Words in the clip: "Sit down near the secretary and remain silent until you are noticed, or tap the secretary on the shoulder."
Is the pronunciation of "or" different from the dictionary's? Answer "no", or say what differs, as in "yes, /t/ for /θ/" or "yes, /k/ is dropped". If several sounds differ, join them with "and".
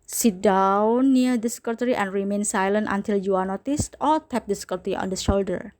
yes, /l/ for /ɹ/